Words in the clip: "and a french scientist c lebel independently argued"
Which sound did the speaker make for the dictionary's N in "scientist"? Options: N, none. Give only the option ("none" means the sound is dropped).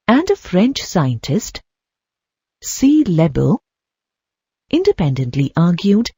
N